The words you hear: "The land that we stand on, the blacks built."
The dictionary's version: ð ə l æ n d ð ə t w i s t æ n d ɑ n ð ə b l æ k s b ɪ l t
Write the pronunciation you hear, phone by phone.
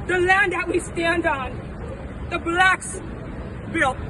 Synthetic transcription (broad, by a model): ð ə l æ n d ð ə t w i s t æ n d n ð ə b l æ k s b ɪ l